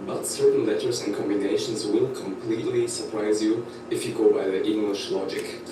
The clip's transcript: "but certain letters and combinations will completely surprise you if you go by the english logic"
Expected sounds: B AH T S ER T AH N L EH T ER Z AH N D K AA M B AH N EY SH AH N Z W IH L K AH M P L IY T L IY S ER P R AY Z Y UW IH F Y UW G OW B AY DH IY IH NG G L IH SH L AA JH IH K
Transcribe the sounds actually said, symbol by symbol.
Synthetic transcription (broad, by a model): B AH T S ER T N L EH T ER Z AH N K AA M B AH N EY SH AH N Z W IH L K AH M P L IY T L IY S ER P R AY Z Y UW IH F Y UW G OW B AY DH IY IH NG G L IH SH L AA JH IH K